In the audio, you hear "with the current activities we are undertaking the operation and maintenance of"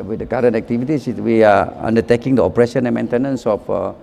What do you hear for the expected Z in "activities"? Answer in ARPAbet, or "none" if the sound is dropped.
S